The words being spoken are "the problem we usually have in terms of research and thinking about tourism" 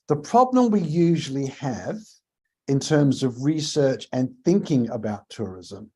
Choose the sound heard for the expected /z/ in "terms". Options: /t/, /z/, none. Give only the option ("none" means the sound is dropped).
/z/